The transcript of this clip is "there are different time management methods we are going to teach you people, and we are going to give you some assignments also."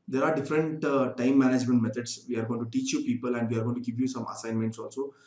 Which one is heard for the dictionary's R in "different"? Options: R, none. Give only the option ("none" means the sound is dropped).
R